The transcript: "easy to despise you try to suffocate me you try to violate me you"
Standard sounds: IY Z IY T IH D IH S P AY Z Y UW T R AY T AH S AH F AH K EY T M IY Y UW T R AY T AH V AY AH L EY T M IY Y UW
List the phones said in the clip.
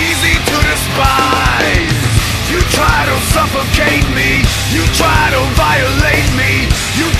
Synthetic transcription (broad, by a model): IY Z IY T IH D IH S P AY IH Y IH T R AY T AH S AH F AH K EY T M IY Y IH T R AY T AH V AY AH L EY T M IY Y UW